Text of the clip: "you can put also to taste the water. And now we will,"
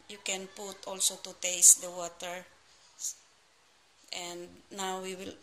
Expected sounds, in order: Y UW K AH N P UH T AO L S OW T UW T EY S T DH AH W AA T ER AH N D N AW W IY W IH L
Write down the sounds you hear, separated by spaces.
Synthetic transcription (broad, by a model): Y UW K AH N P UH T AO L S OW T UW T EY S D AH W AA T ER AH N D N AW W IY W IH L